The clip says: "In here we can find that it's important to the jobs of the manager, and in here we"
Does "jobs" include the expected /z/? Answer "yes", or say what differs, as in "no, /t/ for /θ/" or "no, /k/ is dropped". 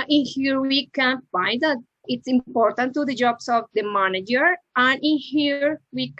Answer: no, /s/ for /z/